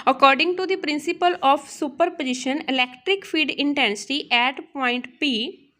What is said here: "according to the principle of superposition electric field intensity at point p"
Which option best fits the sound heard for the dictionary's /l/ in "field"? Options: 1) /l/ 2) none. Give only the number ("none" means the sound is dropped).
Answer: 2